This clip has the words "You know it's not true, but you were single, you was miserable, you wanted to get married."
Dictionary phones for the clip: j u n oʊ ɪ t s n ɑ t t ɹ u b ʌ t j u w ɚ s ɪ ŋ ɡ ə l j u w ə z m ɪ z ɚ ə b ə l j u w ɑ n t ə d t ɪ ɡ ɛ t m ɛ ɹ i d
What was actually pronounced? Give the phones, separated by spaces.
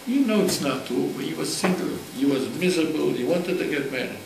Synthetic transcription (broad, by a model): j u n oʊ ɪ t s n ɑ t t u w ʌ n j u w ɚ s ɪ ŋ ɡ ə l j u w ə z m ɪ z ɚ ə b ə l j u w ɑ n t ə d t ɪ ɡ ɛ t m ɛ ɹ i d